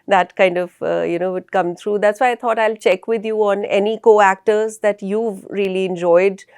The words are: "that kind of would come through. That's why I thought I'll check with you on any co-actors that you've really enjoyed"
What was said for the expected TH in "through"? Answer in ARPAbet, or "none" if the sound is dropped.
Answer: T